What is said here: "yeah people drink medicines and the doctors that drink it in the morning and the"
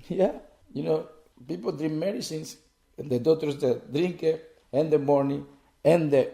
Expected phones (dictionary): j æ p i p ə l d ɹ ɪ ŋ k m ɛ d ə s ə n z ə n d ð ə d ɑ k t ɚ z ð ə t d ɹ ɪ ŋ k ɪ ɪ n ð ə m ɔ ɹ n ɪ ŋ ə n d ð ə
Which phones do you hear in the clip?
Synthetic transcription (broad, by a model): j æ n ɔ p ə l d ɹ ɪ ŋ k m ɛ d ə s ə n s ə n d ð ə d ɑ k t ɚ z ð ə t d ɹ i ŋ k ɪ ɪ n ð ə m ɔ ɹ n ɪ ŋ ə n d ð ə